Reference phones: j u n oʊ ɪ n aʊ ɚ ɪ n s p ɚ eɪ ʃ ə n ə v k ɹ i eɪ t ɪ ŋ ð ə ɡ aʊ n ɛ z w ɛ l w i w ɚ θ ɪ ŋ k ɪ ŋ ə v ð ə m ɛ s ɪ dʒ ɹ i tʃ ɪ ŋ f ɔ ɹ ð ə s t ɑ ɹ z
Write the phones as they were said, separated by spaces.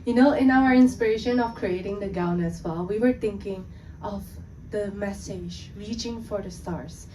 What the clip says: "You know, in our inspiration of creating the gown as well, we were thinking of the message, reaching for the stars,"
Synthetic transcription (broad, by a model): j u n oʊ ɪ n aʊ ɚ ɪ n s p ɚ eɪ ʃ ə n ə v k ɹ i eɪ t ɪ ŋ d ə ɡ aʊ n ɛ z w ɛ l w i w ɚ t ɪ ŋ k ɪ ŋ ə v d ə m ɛ s ɪ dʒ ɹ i tʃ ɪ ŋ f ɔ ɹ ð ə s t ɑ ɹ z